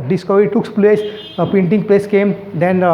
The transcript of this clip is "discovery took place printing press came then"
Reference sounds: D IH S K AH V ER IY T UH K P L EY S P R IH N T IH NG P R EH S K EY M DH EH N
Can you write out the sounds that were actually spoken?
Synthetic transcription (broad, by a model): D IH S K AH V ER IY T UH K P L EY S P EH N T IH NG P L EH S K EY M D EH N